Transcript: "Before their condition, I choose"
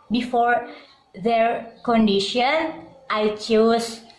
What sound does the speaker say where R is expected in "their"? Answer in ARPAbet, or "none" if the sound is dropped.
R